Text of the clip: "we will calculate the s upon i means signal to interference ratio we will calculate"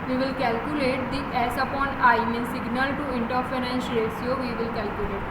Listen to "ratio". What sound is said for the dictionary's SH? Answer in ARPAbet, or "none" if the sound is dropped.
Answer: S